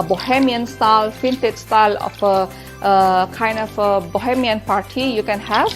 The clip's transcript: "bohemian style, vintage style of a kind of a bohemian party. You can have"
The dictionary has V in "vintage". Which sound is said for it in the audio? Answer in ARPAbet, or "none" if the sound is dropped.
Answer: F